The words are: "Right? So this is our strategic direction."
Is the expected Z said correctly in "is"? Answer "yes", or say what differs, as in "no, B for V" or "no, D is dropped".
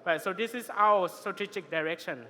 no, S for Z